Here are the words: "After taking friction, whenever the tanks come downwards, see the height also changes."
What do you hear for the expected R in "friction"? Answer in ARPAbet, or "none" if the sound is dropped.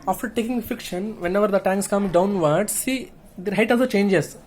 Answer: none